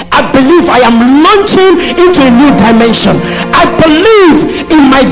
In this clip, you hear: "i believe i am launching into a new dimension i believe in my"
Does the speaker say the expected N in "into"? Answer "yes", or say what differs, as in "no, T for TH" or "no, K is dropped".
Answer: yes